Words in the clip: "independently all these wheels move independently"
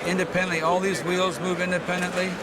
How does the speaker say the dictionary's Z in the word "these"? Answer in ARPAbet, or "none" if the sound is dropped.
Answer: Z